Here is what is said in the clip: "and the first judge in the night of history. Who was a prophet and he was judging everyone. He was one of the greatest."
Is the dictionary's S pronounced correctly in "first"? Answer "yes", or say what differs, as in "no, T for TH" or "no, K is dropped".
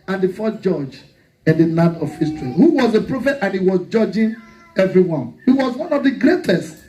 no, S is dropped